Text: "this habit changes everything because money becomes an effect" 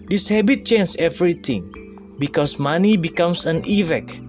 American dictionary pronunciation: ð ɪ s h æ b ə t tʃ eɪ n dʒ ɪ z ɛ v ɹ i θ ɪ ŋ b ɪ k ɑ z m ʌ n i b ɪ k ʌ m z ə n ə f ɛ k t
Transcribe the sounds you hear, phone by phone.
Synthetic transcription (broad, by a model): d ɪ s h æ b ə t tʃ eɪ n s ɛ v ɹ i t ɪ ŋ b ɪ k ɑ s m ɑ n i b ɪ k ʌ m s ə n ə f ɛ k